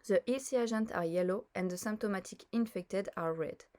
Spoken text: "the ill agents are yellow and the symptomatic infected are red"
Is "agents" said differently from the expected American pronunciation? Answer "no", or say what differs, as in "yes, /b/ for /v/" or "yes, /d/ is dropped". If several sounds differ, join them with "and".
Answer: yes, /s/ is dropped